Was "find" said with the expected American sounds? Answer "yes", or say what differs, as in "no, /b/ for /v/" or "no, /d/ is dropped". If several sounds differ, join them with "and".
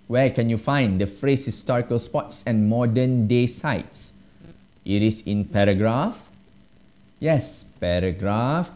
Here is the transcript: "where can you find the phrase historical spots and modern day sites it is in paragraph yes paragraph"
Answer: yes